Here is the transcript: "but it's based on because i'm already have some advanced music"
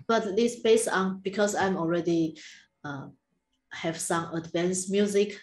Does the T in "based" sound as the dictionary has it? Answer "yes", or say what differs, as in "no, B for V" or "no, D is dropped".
no, T is dropped